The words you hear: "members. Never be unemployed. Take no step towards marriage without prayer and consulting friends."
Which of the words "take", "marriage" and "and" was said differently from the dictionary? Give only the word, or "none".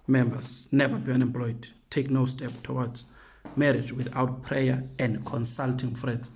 none